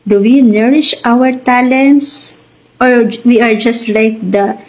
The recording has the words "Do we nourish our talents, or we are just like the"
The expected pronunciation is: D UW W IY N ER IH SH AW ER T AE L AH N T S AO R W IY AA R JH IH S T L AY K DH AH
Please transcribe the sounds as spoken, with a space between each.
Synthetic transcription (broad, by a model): D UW W IY N ER IH SH AW ER T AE L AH N T S AO R W IY AA R JH IH S T L AY K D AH